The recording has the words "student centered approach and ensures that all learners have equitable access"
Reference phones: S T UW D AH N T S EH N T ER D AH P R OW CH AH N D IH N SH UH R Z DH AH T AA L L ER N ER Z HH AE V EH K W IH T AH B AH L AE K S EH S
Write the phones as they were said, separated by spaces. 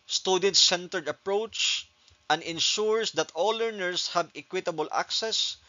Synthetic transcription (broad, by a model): S T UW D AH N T S EH N T ER D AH P R OW CH AH N D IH N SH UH R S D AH T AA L L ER N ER S HH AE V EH K W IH T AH B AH L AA K S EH S